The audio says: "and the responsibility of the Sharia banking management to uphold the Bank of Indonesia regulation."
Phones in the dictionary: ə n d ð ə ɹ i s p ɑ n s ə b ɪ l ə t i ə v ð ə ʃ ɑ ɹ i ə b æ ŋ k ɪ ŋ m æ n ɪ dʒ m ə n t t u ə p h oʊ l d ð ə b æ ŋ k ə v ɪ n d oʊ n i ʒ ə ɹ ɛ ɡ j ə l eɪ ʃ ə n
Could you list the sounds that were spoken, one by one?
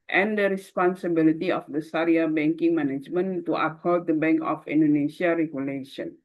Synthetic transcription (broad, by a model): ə n d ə ɹ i s p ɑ n s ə b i l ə t i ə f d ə s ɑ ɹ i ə b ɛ ŋ k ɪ ŋ m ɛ n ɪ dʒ m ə n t t u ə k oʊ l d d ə b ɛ ŋ k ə f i n d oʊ n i ʃ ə ɹ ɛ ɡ j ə l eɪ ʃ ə n